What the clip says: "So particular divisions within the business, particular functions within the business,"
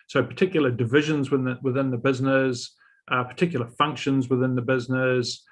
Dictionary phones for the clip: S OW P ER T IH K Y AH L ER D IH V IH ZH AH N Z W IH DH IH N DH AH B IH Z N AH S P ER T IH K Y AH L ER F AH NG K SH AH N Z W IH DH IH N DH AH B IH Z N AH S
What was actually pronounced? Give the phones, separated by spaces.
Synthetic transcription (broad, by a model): S OW P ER T IH K Y L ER D IH V IH ZH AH N Z W IH DH IH N DH AH B IH Z N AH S P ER T IH K Y L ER F AH NG K SH AH N Z W IH DH IH N DH AH B IH Z N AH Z